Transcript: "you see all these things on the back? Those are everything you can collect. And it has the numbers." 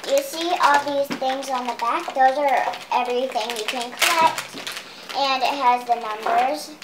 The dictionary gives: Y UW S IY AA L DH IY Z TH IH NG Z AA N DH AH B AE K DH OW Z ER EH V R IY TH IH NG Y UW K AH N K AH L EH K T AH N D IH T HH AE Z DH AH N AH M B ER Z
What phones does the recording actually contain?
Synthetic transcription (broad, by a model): Y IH S IY AA L DH IY Z TH IH NG Z N DH AH B AE K DH OW Z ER EH V R IY TH IH NG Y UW K AH N K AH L EH K T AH N IH T HH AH Z DH AH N AH M B ER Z